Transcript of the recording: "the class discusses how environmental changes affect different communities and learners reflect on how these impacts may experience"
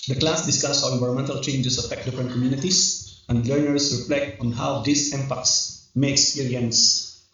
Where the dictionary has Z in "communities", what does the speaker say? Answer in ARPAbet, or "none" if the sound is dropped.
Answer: S